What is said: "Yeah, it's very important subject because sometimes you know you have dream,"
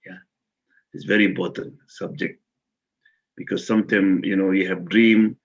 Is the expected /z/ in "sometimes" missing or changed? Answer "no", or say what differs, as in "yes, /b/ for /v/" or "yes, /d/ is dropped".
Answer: yes, /z/ is dropped